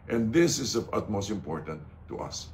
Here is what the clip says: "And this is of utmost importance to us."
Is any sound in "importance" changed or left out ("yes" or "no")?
yes